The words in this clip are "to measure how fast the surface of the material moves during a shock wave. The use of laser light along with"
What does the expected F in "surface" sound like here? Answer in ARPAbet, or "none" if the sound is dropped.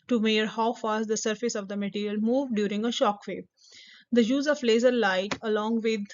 F